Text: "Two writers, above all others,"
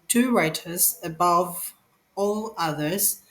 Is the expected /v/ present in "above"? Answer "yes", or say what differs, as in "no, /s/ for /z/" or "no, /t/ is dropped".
yes